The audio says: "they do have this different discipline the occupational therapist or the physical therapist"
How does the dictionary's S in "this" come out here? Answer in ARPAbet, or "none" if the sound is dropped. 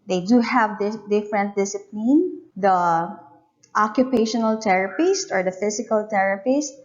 none